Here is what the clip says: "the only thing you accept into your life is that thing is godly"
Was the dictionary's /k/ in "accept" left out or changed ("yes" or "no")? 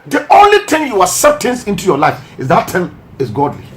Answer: yes